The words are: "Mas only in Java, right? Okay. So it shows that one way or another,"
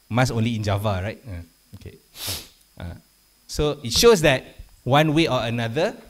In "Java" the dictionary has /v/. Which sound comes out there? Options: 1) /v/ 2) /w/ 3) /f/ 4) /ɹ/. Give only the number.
1